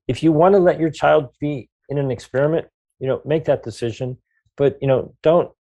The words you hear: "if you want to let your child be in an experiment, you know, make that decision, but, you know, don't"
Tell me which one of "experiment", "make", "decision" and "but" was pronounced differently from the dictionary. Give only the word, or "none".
none